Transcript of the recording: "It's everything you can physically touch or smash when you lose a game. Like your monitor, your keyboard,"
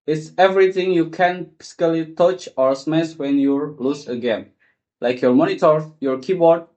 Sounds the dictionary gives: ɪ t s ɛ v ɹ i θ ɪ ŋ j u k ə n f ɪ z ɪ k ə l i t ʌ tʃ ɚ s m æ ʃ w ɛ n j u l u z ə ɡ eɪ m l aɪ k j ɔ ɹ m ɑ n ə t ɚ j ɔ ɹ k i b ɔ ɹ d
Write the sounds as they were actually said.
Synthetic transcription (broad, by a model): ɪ t s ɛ v ɹ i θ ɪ ŋ j u k ə n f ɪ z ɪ k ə l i t ʌ tʃ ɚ s m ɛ s w ɛ n j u l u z ə ɡ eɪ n l aɪ k j ɔ ɹ m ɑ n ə t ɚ j ɔ ɹ k i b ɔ ɹ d